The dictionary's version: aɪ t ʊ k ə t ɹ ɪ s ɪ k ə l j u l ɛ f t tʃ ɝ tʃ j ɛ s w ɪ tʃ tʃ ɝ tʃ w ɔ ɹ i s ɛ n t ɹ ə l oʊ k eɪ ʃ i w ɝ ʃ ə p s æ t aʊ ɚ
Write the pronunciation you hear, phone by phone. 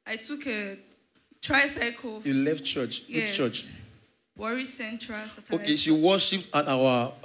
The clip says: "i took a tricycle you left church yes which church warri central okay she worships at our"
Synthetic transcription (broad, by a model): aɪ t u k ə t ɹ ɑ s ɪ k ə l j u l ɛ f t tʃ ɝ tʃ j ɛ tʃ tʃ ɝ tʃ w ɔ ɹ i s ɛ n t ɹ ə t oʊ k eɪ ʃ i w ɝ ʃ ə p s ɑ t aʊ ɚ